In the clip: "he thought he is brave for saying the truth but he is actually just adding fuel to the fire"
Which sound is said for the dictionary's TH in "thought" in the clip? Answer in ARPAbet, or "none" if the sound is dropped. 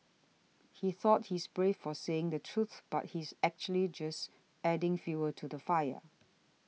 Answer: TH